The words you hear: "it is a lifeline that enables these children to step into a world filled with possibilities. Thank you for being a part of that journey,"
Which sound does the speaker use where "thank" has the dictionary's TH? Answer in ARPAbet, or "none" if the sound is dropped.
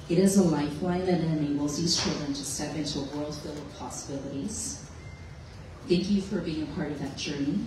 TH